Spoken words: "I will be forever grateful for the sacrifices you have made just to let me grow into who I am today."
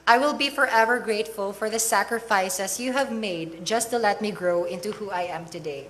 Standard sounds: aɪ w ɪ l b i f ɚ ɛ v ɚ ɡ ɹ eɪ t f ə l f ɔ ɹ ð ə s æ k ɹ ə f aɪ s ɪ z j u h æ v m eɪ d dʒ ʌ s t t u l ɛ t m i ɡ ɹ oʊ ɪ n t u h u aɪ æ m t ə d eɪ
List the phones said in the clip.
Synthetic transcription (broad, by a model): aɪ w ɪ l b i f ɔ ɛ v ɚ ɡ ɹ eɪ t f ə l f ɔ ɹ ð ə s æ k ɹ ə f aɪ s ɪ s j u h æ v m eɪ d dʒ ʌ s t t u l ɛ t m i ɡ ɹ oʊ ɪ n t u h u aɪ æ m t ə d eɪ